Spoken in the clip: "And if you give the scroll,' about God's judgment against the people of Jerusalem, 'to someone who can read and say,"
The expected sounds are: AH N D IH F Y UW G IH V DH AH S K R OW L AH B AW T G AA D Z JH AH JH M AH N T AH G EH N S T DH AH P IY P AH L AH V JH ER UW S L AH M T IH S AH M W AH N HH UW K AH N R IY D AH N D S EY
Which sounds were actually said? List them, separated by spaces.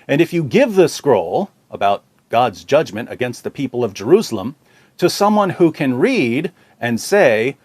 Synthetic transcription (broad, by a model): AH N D IH F Y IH G IH V DH AH S K R OW L AH B AW T G AA D Z JH AH JH M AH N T AH G EH N S T DH AH P IY P L AH V JH ER UW S L AH M T IH S AH M W AH N HH UW K AH N R IY D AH N S EY